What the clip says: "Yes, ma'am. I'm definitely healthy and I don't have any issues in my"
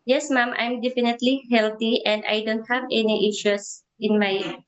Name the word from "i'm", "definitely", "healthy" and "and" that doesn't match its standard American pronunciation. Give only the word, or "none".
healthy